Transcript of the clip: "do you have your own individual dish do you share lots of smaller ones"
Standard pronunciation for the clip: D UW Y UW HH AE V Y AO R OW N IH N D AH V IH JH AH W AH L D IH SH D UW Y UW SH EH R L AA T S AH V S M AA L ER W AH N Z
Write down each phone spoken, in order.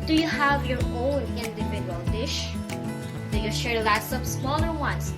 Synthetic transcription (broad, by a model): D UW Y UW HH AE V Y AO R OW N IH N D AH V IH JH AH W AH L D IH SH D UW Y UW SH EH R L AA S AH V S M AA L ER W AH N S